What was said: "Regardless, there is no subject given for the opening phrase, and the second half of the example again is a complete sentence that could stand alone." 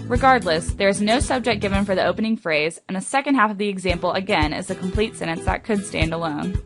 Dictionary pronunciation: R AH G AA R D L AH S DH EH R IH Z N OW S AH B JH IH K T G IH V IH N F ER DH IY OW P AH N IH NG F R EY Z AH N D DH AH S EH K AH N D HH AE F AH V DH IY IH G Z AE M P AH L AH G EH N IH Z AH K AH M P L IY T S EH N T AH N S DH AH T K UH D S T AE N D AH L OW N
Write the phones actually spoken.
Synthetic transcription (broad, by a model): R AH G AA R D L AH S DH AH R IH Z N OW S AH B JH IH K G IH V IH N F ER DH IY OW P AH N IH NG F R EY Z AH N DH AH S EH K AH N D HH AE F AH V DH IY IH G Z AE M P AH L AH G EH N IH Z AH K M P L IY T S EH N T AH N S DH AH T K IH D S T AE N D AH L OW N